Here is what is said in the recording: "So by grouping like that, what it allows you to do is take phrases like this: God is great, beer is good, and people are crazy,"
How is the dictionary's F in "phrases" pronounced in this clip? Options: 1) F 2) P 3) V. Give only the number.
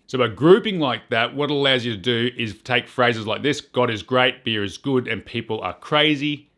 1